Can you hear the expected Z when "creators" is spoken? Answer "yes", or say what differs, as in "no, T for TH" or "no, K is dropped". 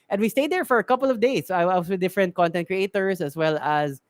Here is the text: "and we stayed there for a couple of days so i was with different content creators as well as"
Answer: no, S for Z